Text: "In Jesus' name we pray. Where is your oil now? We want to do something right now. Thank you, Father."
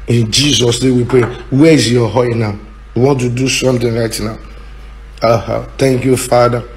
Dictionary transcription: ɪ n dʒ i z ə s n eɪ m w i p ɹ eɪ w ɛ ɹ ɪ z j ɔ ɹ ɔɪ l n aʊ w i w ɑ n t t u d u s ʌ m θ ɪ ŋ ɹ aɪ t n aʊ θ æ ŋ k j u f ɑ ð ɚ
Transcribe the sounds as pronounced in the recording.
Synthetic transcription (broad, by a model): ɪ n dʒ i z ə s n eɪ w i p ɹ eɪ w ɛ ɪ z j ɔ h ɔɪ n aʊ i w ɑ n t t u d u s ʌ m t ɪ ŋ ɹ aɪ t n aʊ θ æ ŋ k j u f ɑ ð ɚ